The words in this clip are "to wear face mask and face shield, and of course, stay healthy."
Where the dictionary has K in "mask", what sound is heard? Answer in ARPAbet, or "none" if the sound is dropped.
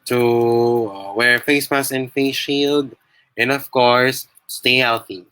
none